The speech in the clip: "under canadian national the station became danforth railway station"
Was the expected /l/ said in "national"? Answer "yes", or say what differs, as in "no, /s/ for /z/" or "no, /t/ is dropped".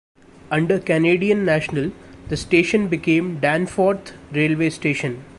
yes